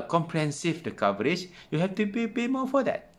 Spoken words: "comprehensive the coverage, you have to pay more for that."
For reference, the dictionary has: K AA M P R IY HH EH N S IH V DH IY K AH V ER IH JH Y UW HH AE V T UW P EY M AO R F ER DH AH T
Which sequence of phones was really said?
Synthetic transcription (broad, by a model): K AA M P R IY HH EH N S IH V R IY K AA V ER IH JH Y UW HH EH F T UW P EY M AO F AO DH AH T